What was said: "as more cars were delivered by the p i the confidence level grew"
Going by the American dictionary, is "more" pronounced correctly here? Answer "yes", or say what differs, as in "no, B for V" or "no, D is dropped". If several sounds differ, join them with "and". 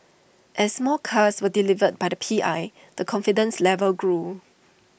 no, L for R